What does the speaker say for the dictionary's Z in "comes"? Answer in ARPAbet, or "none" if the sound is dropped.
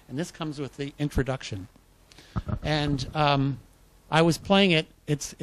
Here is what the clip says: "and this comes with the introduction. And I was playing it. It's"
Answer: Z